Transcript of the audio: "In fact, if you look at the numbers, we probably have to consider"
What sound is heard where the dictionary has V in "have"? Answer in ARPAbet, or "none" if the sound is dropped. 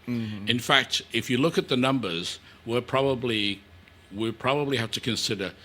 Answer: F